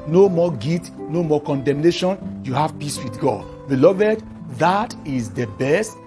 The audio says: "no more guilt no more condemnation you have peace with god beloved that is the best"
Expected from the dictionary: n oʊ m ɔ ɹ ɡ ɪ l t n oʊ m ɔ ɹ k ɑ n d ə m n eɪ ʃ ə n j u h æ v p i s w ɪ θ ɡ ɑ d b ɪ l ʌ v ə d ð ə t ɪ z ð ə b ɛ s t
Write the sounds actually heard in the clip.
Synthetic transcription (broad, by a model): n oʊ m ɔ ɡ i t n oʊ m ɔ k ɑ n d ə m n eɪ ʃ ə n j u h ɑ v p i s w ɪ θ ɡ ɑ d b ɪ l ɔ v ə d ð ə t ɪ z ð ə b ɛ s t